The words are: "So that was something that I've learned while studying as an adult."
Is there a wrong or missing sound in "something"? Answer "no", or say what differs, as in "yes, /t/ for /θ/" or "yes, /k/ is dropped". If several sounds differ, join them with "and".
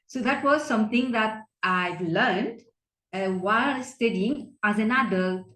yes, /t/ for /θ/